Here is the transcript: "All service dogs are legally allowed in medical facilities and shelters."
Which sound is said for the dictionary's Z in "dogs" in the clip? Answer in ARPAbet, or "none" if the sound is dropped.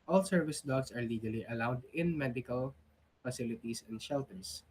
S